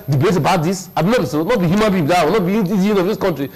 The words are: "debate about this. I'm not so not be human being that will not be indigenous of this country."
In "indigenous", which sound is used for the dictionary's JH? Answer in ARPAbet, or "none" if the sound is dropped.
none